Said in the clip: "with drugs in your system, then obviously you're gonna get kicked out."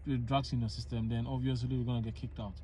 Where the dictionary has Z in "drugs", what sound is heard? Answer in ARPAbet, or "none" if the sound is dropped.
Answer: S